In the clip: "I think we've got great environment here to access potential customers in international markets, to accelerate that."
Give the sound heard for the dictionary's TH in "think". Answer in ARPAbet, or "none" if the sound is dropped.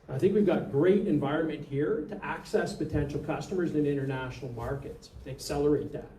TH